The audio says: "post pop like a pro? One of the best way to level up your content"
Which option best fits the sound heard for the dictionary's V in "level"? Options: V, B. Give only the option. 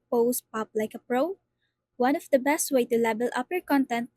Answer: B